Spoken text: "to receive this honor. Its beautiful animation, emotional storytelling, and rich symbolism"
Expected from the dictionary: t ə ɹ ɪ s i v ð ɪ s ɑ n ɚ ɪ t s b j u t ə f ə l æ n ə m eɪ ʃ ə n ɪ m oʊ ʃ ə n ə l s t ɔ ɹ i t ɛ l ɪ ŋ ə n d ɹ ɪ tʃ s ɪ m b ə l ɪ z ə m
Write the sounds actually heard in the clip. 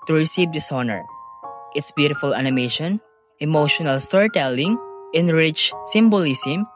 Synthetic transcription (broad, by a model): t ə ɹ ɪ s i v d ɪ s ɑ n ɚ ɪ t s b j u t ə f ə l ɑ n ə m eɪ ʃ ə n ɪ m oʊ ʃ ə n ə l s t ɔ ɹ i t ɛ l ɪ ŋ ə n ɹ ɪ tʃ s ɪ m b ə l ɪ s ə m